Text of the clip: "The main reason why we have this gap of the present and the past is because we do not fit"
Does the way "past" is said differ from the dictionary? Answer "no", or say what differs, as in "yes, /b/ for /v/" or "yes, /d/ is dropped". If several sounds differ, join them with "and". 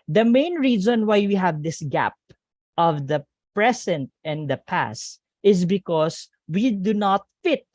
no